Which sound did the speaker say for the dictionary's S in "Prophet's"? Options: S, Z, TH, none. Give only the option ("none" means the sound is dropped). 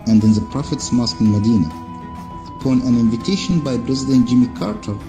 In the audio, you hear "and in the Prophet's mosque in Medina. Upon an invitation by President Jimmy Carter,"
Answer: S